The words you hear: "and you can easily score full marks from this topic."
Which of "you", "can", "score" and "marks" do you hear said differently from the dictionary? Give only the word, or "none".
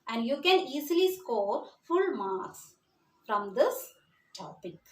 marks